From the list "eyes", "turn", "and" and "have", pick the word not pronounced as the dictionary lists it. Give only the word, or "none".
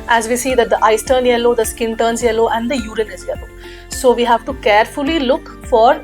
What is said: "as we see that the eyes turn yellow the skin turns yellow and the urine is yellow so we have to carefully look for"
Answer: eyes